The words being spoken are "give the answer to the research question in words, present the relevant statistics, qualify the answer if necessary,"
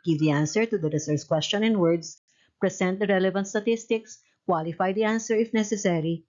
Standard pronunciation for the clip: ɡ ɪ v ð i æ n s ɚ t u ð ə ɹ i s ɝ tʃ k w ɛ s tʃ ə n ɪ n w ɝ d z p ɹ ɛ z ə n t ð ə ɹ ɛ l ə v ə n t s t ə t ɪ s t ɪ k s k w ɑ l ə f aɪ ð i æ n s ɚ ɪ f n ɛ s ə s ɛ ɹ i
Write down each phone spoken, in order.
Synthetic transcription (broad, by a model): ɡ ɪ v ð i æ n s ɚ t u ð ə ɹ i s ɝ s k w ɛ s tʃ ə n ɪ n w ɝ d s p ɹ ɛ s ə n t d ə ɹ ɛ l ə v ə n t s t ə t ɪ s t ɪ k s k w ɑ l ə f aɪ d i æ n s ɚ ɪ f n ɛ s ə s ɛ ɹ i